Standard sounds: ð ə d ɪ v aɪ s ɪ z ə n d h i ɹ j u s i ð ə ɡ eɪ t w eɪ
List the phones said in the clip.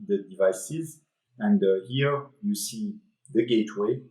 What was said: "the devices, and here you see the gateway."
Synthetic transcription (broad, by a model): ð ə d ɪ v aɪ s ɪ z ə n d h i ɹ j u s i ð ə ɡ eɪ t w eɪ